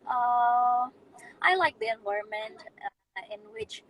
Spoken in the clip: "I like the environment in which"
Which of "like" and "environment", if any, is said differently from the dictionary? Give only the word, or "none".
environment